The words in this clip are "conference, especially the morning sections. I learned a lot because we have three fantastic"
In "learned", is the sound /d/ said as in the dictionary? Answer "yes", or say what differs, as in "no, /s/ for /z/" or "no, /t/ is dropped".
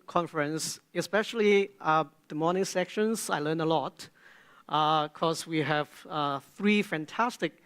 no, /d/ is dropped